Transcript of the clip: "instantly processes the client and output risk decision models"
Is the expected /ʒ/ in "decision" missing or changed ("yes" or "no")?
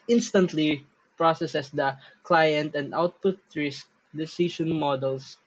yes